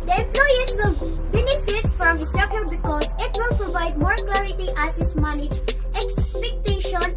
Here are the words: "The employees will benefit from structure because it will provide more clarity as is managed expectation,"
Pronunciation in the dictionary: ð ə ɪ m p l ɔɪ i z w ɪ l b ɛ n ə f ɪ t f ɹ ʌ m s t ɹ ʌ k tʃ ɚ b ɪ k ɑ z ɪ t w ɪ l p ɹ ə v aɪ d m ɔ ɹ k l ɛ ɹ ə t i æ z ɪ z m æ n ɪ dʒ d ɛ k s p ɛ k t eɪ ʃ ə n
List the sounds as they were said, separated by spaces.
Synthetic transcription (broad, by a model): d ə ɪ p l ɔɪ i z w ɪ l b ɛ n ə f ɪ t f ɹ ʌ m s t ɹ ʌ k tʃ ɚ b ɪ k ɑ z ɪ t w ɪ l p ɹ ə v aɪ d m ɔ ɹ k l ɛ ɹ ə t i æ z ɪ s m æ n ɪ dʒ ɛ k s p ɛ k t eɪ ʃ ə n